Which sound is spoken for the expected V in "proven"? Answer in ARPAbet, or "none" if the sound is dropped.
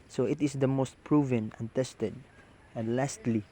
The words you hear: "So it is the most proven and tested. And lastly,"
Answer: V